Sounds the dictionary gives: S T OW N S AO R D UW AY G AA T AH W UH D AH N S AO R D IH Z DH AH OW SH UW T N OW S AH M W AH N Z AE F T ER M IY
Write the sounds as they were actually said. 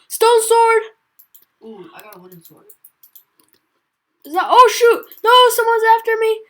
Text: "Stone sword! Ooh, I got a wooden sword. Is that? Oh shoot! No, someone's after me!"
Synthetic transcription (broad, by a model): S T OW N S AO R D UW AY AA AH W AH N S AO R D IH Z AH OW SH UW T N OW S AH M W AH N Z AE F T ER M IY